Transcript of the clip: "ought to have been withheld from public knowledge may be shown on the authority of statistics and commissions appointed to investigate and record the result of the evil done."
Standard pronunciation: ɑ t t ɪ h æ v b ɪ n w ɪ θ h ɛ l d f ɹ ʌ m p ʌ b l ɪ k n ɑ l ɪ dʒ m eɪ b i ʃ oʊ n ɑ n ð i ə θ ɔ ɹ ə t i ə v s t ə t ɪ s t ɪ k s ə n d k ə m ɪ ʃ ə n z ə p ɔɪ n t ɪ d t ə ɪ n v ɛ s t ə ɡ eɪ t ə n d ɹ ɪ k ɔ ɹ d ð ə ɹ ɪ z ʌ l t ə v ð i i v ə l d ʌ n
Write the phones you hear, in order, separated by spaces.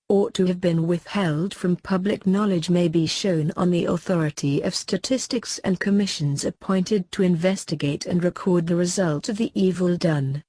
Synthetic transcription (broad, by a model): ɑ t t ɪ v b ɪ n w ɪ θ h ɛ l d f ɹ ʌ m p ʌ b l ɪ k n ɑ l ɪ dʒ m eɪ b i ʃ oʊ n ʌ n ð i ə θ ɔ ɹ ə t i ə v s t ə t ɪ s t ɪ k s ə n k ə m ɪ ʃ ə n z ə p ɔɪ n t ɪ d t ə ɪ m v ɛ s t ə ɡ eɪ t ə n ɹ ɪ k ɔ ɹ d ð ə ɹ ɪ z ʌ l t ə v ð i i v ə l d ʌ n